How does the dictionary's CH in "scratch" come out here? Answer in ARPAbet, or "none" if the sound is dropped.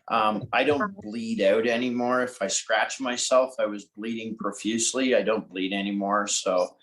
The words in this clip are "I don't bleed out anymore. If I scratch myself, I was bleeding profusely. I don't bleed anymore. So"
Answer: CH